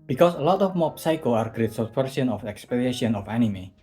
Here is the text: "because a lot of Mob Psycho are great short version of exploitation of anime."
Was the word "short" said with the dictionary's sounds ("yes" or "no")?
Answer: no